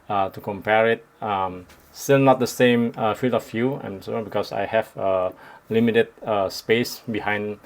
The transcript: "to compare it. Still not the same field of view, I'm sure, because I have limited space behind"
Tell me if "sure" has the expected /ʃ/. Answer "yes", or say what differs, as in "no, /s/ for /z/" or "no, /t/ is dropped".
no, /s/ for /ʃ/